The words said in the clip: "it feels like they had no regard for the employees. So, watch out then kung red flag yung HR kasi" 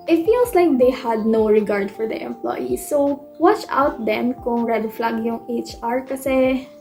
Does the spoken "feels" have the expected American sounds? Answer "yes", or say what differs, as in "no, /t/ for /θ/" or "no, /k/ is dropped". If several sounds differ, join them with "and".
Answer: no, /s/ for /z/